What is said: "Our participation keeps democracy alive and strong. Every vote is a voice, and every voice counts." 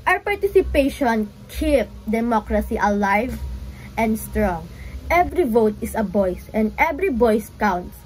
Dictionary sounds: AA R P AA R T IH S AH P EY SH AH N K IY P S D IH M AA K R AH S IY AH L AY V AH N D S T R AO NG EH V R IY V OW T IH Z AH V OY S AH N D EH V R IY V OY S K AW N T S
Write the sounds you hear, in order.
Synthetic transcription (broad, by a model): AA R P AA R T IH S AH P EY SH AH N K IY P D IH M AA K R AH S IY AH L AY V AH N D S T R AO NG EH V R IY V OW T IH S AH B OY S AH N D EH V R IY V OY S K AW N T S